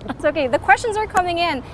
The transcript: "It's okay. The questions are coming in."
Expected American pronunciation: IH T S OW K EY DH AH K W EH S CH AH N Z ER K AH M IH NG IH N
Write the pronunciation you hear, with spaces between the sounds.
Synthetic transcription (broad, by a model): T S OW K EY DH AH K W EH S CH AH N Z ER K AH M IH NG IH N